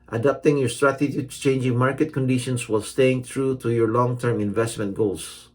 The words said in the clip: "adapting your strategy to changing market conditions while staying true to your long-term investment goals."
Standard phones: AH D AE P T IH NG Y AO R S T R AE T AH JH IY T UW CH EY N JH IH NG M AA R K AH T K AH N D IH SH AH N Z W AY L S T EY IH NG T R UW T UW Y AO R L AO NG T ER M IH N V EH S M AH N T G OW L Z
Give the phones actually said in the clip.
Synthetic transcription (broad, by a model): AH D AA P T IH NG Y AO R S T R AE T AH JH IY T UW CH EY N JH IH NG M AA R K AH T K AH N D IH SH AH N S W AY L S T EY IH NG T R UW T UW Y AO R L AO NG T ER M IH N V EH S M AH N T G OW L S